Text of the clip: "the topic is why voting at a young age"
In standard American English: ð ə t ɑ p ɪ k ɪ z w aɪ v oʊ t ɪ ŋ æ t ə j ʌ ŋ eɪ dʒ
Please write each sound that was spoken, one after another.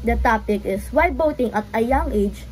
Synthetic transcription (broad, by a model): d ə t ɑ p ɪ k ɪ s w aɪ b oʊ t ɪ ŋ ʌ t ə j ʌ ŋ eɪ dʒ